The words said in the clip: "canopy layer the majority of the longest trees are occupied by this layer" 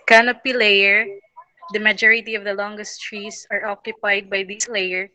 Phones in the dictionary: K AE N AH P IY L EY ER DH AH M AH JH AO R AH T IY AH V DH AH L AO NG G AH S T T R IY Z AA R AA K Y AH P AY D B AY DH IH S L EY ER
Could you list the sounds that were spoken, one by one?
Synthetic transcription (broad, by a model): K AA N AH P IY L EY ER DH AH M AH JH AO R AH T IY AH V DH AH L AO NG G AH S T T R IY S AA R AA K Y AH P AY D B AY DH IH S L EY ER